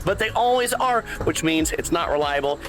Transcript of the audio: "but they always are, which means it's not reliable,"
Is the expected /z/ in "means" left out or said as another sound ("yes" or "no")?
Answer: no